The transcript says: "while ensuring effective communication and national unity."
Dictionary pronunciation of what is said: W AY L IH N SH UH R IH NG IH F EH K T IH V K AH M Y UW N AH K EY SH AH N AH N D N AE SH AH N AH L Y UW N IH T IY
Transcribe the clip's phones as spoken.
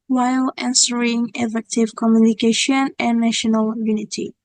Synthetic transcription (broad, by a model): W AY L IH N S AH R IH NG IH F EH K T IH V K AH M Y UW N AH K EY SH AH N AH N N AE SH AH N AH L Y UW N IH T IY